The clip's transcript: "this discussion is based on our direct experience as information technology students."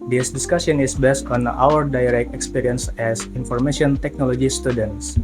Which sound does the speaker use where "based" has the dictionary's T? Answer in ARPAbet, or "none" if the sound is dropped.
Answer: T